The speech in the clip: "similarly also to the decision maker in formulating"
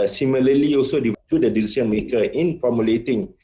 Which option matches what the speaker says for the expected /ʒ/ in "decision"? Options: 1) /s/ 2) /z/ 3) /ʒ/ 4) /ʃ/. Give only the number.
1